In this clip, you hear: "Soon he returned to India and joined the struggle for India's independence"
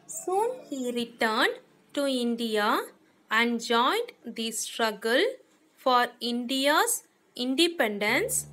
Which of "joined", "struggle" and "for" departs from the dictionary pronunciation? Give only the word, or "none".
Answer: none